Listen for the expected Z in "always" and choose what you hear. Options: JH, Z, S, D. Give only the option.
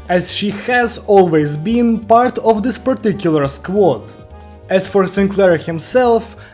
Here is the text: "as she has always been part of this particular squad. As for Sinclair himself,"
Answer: Z